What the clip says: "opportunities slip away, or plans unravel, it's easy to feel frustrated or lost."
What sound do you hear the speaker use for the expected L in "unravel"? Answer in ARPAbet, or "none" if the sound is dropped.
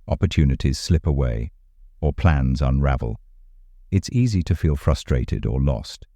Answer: L